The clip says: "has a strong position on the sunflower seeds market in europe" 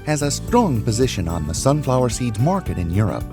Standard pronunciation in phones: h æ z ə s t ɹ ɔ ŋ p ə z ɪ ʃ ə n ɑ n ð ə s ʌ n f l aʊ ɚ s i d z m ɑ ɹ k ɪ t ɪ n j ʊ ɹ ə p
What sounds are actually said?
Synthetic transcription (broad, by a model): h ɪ z ə s t ɹ ɔ ŋ p ə z ɪ ʃ ə n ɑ n ð ə s ʌ n f l aʊ ɚ s i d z m ɑ ɹ k ɪ t ɪ n j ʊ ɹ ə p